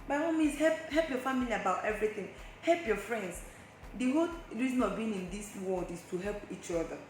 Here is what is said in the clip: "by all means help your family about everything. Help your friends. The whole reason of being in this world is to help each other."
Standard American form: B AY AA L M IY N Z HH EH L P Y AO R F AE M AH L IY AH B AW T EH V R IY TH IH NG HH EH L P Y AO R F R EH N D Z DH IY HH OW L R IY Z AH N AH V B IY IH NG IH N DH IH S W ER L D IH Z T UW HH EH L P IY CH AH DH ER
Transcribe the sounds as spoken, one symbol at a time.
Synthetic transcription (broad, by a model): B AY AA M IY N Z HH EH L P Y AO F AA M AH L IY AH B AW T EH V R IY TH IH NG HH EH L P Y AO F R EH N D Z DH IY HH OW L R IY Z AH N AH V B IY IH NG IH N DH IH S W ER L D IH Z T UW HH EH L P IY CH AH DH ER